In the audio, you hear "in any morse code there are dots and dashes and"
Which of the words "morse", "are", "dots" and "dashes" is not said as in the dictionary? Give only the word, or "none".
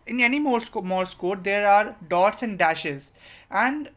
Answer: none